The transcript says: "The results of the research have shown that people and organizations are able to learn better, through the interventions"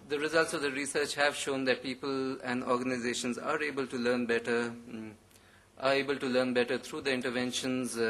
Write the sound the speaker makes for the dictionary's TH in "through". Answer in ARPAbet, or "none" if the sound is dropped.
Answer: T